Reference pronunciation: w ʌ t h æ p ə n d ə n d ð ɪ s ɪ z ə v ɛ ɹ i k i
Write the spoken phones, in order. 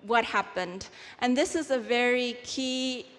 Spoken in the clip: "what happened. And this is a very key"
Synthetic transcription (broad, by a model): w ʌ t h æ p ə n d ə n ð ɪ s ɪ z ə v ɛ ɹ i k i